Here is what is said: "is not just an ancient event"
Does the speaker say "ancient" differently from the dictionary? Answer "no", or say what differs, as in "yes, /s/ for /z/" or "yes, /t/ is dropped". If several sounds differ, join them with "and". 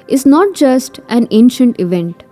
no